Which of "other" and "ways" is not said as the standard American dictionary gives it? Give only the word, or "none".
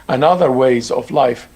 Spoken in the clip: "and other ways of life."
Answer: none